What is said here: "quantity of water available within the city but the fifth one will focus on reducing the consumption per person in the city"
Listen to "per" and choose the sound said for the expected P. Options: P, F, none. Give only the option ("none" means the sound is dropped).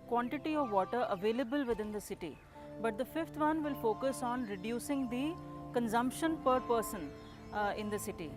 P